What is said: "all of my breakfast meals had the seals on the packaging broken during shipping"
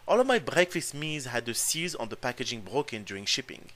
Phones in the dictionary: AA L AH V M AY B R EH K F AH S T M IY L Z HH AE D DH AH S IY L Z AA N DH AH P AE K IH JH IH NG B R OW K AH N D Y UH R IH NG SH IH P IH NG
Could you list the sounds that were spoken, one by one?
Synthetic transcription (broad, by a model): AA L AH V M AY B R EH K F AH S T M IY Z HH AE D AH S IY Z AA N DH AH P AE K IH JH IH NG B R OW K AH N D Y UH R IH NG SH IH P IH NG